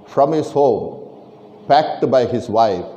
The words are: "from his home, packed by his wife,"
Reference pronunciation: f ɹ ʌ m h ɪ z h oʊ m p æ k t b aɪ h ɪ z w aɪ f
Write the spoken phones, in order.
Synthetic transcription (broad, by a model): f ɹ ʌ m h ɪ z h oʊ m p æ k t b aɪ h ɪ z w aɪ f